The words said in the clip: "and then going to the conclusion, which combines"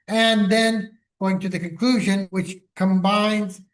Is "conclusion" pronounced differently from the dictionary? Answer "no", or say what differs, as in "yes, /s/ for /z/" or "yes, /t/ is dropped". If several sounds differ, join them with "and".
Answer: no